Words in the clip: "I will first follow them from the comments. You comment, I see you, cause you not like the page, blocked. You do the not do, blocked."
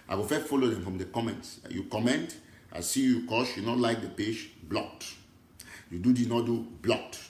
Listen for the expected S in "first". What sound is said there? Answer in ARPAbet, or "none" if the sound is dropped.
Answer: none